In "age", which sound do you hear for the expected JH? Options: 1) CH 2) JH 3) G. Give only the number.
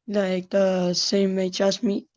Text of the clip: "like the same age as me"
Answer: 1